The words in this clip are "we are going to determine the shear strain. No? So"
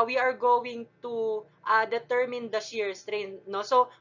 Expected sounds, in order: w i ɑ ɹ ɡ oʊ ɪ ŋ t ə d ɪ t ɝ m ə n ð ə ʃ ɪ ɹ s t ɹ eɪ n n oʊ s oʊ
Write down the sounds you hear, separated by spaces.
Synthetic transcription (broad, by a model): w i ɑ ɹ ɡ oʊ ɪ ŋ t ə d ɪ t ɝ m ə n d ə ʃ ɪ ɹ s t ɹ eɪ n n oʊ s oʊ